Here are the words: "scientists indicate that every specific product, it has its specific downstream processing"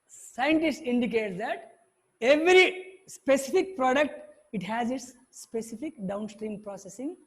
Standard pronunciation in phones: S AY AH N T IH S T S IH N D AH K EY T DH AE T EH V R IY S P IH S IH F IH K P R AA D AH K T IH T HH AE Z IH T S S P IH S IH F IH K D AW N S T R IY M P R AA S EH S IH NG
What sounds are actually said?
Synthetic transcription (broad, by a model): S AY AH N T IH S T IH N D AH K EY T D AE T EH V R IY S P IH S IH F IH K P R AA D AH K T IH T HH AE Z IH T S S P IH S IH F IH K D AW N S T R IY M P R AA S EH S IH NG